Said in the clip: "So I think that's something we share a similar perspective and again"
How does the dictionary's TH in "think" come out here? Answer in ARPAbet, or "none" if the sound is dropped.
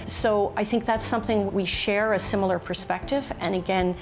TH